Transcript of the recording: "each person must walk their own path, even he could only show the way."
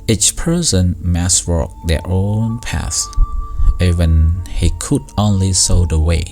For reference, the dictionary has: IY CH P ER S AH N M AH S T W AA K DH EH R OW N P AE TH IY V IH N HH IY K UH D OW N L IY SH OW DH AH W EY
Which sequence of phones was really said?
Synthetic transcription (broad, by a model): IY CH P ER S AH N M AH S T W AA K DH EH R OW N P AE S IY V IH N HH IY K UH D OW N L IY S OW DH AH W EY